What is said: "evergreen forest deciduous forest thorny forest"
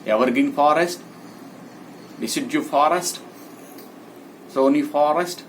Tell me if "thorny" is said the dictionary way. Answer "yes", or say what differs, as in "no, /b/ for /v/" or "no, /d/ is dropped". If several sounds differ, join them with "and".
no, /s/ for /θ/